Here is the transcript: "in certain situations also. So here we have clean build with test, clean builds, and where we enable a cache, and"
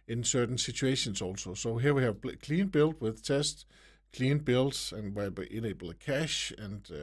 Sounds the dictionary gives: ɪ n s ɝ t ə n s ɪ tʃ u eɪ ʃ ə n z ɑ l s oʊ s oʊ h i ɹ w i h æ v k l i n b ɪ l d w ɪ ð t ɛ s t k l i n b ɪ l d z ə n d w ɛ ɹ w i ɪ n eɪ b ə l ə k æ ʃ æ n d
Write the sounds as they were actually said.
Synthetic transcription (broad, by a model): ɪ n s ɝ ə n s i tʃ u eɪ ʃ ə n s ɑ l s oʊ s oʊ h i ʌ w i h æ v k l i n b ɪ l d w ɪ ð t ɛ s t k l i n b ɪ l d ə n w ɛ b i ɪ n eɪ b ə l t k æ ʃ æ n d